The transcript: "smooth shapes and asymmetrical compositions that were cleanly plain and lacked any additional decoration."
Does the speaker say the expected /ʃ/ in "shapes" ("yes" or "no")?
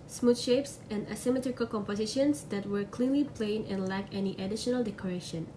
yes